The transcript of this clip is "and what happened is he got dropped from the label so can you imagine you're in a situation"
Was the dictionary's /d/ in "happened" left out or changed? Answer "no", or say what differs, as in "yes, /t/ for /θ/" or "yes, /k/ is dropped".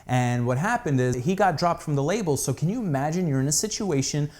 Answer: no